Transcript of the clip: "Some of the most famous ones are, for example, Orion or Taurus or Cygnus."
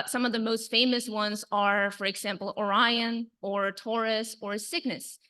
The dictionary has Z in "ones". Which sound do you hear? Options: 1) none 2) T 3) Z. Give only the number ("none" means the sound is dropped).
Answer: 3